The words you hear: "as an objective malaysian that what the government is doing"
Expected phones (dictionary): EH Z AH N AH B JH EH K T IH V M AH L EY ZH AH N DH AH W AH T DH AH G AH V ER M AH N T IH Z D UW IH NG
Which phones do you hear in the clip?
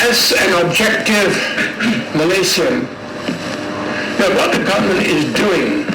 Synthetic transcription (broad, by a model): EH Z AH N AH B JH EH K T IH V M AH L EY S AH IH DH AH W AH T DH AH G AH V ER M AH N T IH Z D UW IH NG